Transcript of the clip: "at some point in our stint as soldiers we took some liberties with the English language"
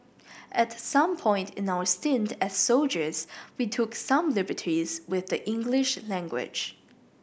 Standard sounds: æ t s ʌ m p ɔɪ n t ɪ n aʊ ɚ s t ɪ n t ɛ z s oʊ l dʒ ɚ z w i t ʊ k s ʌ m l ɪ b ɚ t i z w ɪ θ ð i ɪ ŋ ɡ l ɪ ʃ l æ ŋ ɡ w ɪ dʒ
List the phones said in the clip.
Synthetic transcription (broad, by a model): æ t s ʌ m p ɔɪ n t ɪ n aʊ ɚ s t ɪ n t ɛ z s oʊ l dʒ ɚ z w i t ʊ k s ʌ m l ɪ b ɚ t i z w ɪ ð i ɪ ŋ ɡ l ɪ ʃ l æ ŋ ɡ w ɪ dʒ